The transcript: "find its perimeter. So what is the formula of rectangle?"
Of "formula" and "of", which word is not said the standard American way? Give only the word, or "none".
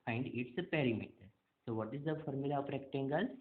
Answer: of